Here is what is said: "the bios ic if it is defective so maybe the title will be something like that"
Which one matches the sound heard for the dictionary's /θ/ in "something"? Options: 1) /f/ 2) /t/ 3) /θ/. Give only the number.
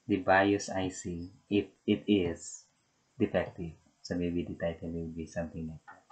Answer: 2